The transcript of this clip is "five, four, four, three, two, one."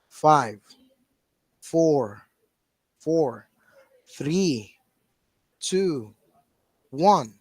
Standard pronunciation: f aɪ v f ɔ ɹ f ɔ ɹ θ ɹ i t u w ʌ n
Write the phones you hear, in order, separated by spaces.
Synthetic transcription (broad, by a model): f aɪ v f ɔ ɹ f ɔ ɹ θ ɹ i t u w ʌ n